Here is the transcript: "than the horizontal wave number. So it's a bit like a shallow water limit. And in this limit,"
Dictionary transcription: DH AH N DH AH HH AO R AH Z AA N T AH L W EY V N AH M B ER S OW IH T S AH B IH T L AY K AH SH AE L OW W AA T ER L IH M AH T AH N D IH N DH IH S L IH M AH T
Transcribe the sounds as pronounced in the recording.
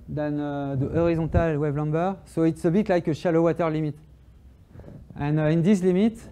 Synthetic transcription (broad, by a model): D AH N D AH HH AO R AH Z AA T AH L W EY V L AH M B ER S OW IH T S AH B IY T L AY K AH SH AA L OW W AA T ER L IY M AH T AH N IH N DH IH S L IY M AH T